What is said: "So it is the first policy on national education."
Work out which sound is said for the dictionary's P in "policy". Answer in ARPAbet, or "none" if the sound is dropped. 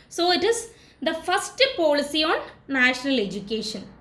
P